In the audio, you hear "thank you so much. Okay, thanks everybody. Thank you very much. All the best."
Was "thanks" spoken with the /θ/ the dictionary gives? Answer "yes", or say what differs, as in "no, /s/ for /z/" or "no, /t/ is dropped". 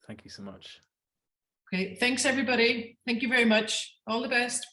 yes